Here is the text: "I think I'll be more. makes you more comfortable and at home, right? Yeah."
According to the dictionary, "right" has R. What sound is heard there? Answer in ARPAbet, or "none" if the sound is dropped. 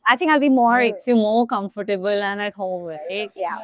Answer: L